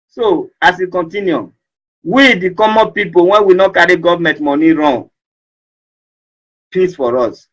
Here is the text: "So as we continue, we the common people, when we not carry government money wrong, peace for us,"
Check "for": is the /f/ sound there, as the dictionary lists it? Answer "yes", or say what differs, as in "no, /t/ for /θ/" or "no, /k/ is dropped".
yes